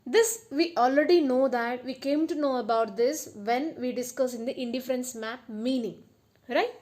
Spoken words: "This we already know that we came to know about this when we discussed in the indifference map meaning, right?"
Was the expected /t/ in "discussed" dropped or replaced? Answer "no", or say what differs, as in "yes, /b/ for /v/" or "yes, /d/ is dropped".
yes, /t/ is dropped